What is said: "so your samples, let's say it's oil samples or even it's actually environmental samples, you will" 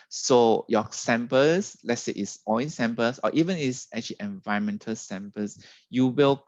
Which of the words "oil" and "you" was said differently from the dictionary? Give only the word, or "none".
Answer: oil